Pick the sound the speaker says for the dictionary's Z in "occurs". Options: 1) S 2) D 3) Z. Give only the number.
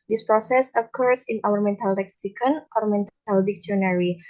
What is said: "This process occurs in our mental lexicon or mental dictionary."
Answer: 1